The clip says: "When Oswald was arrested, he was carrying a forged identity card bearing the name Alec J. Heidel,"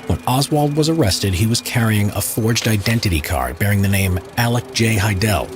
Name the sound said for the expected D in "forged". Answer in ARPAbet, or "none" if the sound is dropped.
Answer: D